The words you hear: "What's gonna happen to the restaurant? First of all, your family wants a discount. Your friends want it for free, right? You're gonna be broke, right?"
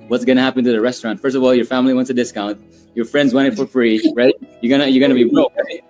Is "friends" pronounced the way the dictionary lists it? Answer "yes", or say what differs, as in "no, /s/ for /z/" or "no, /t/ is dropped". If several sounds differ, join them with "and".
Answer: yes